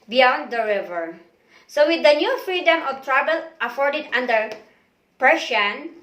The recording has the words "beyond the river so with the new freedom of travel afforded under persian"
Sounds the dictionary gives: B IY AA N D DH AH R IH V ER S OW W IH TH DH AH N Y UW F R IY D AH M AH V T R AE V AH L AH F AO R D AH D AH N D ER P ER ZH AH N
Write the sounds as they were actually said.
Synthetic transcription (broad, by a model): B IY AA N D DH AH R IH V ER S OW W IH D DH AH N Y UW F R IY D AH M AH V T R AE B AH L AH F AO R D AH D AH N D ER P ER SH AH N